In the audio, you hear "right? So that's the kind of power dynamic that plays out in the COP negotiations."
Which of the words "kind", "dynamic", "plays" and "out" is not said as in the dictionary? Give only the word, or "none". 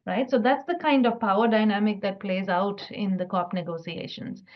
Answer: none